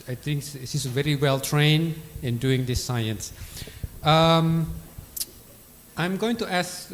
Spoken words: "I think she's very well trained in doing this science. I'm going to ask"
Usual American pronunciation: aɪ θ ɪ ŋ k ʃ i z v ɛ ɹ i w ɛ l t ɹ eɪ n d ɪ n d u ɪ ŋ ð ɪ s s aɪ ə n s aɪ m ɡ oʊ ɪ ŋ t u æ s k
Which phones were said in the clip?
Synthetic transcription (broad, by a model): aɪ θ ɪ ŋ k s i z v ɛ ɹ i w ɛ l t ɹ eɪ n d ɪ n d u ɪ ŋ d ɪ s s aɪ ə n s aɪ m ɡ oʊ ɪ ŋ t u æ s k